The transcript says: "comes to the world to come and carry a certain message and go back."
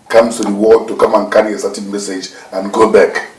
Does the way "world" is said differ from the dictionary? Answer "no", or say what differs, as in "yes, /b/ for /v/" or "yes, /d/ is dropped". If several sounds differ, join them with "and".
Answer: yes, /l/ is dropped